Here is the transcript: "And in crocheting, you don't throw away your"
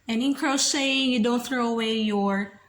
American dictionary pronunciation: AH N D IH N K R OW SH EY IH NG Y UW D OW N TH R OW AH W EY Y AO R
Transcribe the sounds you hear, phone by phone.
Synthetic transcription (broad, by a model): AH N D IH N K R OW S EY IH NG Y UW D OW N TH R OW AH W EY Y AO R